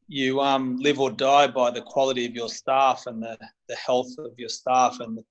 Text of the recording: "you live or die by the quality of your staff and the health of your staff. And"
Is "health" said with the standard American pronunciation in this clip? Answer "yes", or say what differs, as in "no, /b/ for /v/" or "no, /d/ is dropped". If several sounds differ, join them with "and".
yes